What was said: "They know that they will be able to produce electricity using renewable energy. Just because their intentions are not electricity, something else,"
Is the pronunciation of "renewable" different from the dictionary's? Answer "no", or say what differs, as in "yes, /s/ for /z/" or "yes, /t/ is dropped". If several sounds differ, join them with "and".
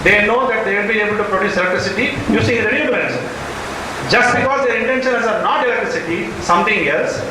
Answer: yes, /b/ is dropped